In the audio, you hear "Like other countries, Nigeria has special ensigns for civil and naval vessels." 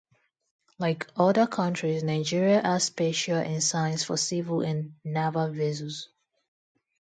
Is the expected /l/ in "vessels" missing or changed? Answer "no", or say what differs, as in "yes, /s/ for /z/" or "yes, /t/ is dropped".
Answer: yes, /l/ is dropped